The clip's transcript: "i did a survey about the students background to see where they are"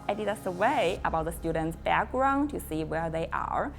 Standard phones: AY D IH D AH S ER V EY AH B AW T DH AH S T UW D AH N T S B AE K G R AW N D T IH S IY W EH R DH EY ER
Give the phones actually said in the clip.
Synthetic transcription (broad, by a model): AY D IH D AH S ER W EY AH B AW T DH AH S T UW D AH N T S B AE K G R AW N T IH S IY W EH R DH EY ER